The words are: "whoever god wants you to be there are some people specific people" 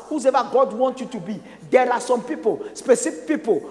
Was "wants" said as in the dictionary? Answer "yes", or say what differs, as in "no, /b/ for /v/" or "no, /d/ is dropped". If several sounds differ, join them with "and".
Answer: no, /s/ is dropped